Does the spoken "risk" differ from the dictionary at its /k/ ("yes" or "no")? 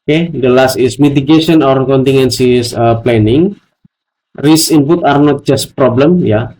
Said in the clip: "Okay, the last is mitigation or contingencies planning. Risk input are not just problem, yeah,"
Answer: yes